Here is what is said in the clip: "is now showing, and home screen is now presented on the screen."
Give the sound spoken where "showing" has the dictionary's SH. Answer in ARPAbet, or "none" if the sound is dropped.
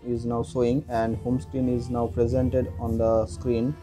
S